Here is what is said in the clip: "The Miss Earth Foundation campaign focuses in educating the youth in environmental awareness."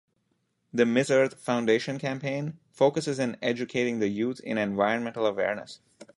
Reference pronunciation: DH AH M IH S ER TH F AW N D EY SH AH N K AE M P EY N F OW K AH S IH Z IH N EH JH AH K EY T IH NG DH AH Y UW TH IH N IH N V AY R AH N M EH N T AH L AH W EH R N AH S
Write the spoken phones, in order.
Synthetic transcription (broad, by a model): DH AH M IH S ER T F AW N D EY SH AH N K AE M P EY N F OW K AH S IH Z IH N EH JH AH K EY T IH NG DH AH Y UW T IH N IH N V AY R AH N M EH N T AH L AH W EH R N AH S